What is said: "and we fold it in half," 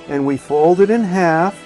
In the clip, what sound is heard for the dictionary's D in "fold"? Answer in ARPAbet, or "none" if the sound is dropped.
D